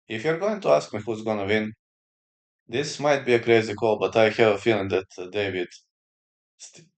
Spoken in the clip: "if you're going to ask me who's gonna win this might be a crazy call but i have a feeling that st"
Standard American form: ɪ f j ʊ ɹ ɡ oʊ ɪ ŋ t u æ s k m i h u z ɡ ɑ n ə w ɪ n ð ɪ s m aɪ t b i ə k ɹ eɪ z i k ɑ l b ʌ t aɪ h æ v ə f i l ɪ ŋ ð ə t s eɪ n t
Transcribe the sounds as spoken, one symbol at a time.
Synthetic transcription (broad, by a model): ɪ f j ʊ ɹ ɡ oʊ ɪ ŋ t u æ s k m i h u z ɡ ɑ n ə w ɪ n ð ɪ s m aɪ t b i ə k ɹ eɪ z i k ɑ l b ʌ t aɪ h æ v ə f i l ɪ ŋ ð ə t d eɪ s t